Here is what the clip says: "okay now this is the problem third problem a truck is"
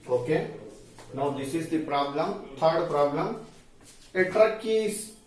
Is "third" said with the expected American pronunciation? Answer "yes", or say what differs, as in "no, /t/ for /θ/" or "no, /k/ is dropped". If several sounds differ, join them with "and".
no, /t/ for /θ/